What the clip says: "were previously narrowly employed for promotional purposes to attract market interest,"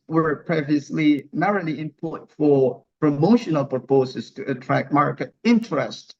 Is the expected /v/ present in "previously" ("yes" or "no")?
yes